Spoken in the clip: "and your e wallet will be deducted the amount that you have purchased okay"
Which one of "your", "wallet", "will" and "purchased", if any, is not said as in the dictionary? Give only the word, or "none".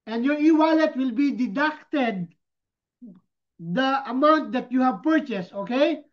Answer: none